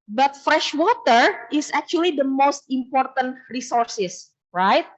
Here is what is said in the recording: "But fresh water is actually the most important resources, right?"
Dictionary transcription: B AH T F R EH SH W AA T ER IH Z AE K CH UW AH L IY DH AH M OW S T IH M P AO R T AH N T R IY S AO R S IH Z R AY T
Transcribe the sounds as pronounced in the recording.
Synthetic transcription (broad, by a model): B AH T F R EH SH W AA T ER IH S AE K CH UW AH L IY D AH M OW S T IH M P AO R T AH N T R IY S AO R S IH S R AY T